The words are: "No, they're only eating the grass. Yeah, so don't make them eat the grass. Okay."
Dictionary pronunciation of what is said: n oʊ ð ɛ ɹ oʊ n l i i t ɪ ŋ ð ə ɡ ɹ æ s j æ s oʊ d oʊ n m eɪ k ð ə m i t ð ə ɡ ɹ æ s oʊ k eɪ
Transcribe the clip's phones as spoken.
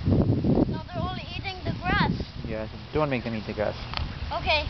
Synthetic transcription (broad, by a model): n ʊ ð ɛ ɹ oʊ l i i t ɪ ŋ ð ə ɡ ɹ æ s j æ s d oʊ n m eɪ k ð ə m i t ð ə ɡ ɹ æ s oʊ k eɪ